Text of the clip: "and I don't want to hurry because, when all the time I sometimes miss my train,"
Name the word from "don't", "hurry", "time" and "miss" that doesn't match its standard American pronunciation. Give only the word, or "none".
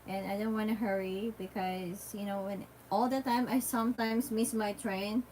none